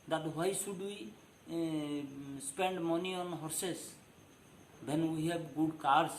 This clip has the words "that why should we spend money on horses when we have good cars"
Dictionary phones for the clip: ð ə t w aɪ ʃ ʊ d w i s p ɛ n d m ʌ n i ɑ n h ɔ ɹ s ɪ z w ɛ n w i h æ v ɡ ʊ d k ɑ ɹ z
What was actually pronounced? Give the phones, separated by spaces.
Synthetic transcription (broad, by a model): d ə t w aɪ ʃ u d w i s p ɛ n d m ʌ n i ɑ n h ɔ ɹ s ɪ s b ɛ n w i h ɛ b ɡ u d k ɑ ɹ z